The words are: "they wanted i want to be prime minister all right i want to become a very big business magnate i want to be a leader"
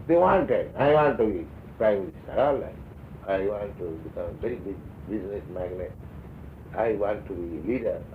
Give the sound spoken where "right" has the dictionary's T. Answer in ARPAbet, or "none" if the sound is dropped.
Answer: none